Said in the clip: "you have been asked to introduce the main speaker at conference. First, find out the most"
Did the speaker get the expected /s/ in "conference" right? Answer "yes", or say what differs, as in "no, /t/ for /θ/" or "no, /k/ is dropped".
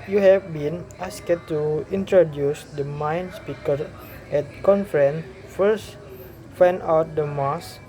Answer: no, /s/ is dropped